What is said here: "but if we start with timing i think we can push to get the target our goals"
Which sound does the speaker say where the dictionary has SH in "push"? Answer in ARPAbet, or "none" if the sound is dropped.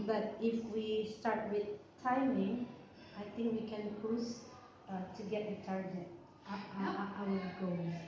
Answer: S